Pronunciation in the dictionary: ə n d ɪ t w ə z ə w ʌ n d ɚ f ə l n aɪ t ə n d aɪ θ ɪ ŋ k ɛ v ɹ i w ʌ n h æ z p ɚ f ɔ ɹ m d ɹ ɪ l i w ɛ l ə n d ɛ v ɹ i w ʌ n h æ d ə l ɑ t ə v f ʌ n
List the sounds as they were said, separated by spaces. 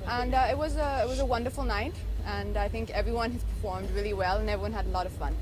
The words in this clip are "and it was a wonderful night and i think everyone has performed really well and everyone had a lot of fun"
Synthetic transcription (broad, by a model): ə n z ɪ t w ə z ə w ʌ n d ɚ f l n aɪ t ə n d aɪ θ ɪ ŋ k ɛ v ɹ i w ʌ n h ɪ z p ɚ f ɔ ɹ m d ɹ ɪ l i w ɛ l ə n ɛ v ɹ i w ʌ n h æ d ə l ɑ t ə v f ʌ n